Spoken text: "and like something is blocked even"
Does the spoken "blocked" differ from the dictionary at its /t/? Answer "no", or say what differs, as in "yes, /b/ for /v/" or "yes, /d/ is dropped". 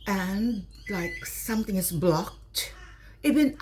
no